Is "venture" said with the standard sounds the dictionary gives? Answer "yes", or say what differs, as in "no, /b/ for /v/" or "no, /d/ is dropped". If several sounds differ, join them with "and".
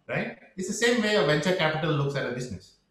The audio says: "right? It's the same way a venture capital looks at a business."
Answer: yes